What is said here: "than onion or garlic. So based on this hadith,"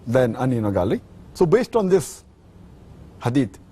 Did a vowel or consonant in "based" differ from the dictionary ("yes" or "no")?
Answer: no